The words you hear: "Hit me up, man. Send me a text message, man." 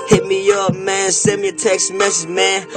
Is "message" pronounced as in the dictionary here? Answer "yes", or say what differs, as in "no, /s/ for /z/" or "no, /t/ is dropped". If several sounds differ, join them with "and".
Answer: no, /z/ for /dʒ/